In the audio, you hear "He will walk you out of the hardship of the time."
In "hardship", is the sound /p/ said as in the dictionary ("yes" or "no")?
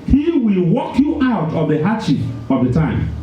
no